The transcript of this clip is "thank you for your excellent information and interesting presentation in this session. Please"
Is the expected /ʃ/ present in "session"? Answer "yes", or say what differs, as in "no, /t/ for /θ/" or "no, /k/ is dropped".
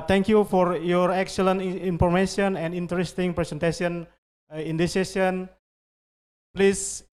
no, /ʃ/ is dropped